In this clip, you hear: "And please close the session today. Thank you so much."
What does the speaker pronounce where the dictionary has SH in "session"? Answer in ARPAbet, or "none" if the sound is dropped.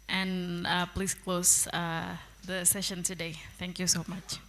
SH